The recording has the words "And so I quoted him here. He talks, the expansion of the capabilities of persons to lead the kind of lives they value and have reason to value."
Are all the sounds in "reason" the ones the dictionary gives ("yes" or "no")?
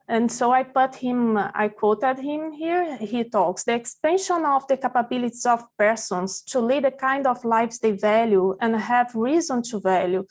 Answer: yes